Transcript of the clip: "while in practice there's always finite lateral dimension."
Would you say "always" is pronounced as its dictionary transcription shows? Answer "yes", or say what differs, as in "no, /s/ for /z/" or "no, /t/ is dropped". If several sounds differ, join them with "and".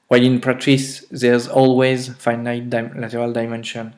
yes